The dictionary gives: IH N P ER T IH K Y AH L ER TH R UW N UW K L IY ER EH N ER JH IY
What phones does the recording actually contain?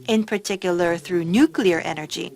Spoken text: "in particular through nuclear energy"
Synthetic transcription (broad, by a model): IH N P ER T IH K Y AH L ER TH R UW N UW K L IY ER EH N ER JH IY